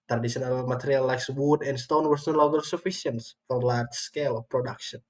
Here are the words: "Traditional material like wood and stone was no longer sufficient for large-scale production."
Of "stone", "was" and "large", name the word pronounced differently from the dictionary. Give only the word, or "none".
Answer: was